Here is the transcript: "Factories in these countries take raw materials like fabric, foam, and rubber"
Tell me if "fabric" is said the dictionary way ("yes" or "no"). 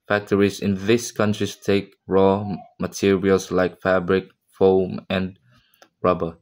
yes